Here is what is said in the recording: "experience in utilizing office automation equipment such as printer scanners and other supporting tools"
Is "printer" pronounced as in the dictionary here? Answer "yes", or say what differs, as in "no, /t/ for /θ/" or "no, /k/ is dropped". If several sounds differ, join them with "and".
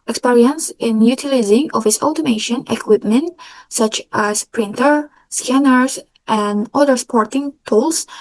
yes